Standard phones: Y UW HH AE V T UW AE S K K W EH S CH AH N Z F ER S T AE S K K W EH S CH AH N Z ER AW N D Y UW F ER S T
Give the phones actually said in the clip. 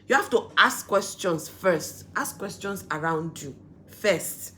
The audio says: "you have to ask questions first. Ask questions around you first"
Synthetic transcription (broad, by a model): Y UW HH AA F T UW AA S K K W EH S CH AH N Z F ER S T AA S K K W EH S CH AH N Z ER AW N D Y UW F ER S T